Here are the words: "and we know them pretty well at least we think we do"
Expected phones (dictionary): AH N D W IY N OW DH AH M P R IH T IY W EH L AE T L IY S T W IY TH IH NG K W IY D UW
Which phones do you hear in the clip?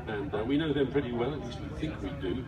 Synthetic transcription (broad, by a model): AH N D W IY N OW DH AH M P R IH T IY W EH L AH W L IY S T W IY TH IH NG K W IY D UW